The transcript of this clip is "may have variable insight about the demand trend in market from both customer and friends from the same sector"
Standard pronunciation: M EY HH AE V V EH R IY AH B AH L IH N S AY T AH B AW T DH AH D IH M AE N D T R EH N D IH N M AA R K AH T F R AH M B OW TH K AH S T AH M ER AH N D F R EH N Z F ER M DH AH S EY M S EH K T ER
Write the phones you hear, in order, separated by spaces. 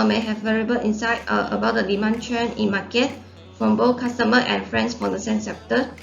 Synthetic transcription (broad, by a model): M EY HH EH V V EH R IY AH B AH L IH N S AY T AH B AW T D AH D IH M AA N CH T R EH N IH N M AA K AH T F R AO M B OW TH K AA S T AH M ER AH N F R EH N S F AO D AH S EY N S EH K T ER